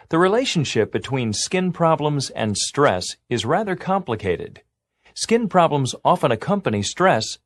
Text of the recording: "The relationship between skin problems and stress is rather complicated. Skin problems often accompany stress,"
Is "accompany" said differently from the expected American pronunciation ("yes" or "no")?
no